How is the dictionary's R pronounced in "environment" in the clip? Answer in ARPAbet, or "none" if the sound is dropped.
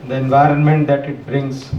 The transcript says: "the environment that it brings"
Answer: R